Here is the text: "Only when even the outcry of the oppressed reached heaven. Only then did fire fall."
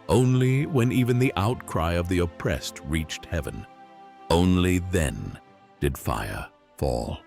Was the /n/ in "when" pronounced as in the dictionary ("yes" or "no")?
yes